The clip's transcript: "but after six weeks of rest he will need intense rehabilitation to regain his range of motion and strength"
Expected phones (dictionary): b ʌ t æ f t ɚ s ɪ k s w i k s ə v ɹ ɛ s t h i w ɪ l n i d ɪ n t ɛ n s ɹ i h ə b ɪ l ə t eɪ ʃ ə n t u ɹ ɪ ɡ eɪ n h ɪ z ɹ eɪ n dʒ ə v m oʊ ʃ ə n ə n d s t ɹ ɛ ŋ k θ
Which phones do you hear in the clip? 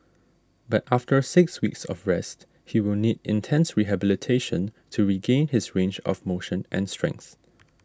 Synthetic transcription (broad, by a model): b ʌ t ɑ f t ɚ s ɪ k s w i k s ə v ɹ ɛ s t h i w ɪ l n i d ɪ n t ɛ n s ɹ i h ə b ɪ l ə t eɪ ʃ ə n t u ɹ ɪ ɡ eɪ n h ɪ s ɹ eɪ n dʒ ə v m oʊ ʃ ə n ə n s t ɹ ɛ ŋ k θ